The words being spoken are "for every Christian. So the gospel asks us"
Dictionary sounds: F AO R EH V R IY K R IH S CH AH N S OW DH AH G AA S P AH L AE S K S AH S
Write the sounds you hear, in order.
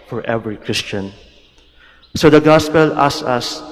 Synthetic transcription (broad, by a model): F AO R EH V R IY K R IH S CH AH N S OW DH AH G AA S P AH L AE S S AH S